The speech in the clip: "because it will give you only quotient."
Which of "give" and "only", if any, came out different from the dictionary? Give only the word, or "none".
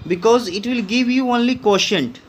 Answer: none